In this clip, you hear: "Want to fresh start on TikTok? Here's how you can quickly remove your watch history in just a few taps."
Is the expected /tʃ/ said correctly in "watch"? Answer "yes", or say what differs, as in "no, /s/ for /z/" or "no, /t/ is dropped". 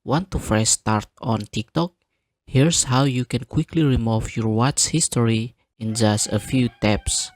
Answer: no, /s/ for /tʃ/